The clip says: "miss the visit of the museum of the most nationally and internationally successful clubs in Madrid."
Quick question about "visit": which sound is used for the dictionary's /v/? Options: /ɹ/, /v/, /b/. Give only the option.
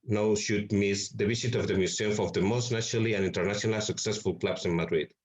/b/